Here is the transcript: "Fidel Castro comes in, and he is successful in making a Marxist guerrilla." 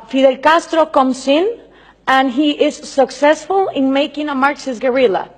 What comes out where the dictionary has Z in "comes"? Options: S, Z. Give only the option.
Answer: S